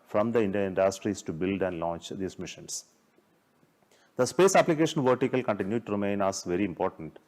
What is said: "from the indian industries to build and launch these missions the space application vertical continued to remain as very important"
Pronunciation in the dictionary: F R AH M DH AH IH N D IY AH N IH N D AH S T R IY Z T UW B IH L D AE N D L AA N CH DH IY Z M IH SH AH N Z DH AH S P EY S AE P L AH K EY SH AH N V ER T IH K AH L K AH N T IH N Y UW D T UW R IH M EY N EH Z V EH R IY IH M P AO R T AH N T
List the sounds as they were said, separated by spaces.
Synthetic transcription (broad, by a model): F R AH M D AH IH N D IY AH IH N D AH S T R IY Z T UW B IH L D AE N D L AA N CH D IY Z M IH SH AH N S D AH S P EY S AE P L AH K EY SH AH N V ER T IH K AH L K AH N T IH N Y UW D T UW R IH M EY N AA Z V EH R IY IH M P AO R T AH N T